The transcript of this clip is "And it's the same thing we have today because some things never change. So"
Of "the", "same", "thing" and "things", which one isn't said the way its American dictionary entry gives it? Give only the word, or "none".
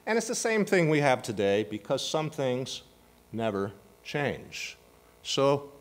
none